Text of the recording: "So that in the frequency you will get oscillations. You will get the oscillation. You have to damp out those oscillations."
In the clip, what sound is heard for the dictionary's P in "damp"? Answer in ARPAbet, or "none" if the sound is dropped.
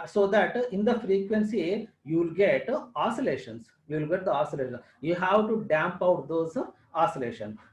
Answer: P